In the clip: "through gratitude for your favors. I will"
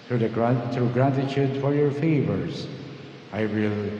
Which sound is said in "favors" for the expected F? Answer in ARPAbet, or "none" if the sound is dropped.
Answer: F